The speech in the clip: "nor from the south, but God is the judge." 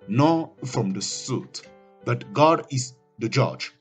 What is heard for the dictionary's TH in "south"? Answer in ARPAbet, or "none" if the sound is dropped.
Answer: T